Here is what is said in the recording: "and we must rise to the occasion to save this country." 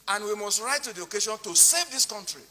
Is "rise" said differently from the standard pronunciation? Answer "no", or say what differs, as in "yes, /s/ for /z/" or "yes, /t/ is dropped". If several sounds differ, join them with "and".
yes, /z/ is dropped